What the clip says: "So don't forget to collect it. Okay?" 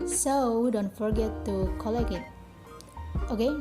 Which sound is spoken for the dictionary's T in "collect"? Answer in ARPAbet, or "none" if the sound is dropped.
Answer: none